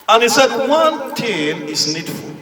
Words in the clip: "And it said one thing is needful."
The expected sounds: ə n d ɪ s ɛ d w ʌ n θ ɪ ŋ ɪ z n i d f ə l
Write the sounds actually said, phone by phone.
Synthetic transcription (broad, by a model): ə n ɪ s ɛ d w ʌ n t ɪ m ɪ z n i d f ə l